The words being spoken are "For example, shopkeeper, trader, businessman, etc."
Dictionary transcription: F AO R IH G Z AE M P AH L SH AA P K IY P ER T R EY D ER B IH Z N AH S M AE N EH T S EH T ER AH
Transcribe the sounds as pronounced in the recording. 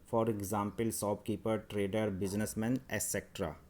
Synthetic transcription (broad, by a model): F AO R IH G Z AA M P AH L S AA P K IY P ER T R EY D ER B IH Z N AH S M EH N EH S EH T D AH